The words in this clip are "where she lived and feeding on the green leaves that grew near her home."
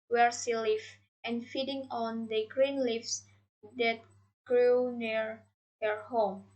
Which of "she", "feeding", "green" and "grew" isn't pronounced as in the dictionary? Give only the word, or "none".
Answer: she